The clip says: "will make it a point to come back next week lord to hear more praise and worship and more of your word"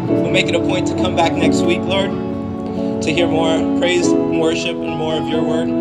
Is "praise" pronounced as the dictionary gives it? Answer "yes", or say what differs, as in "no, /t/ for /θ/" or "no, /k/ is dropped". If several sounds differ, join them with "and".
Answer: no, /z/ is dropped